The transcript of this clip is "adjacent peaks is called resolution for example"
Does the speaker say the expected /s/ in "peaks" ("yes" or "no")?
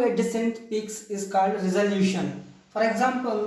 yes